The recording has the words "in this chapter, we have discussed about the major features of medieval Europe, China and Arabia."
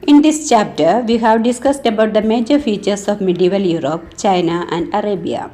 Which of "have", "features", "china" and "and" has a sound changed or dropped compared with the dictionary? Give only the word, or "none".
features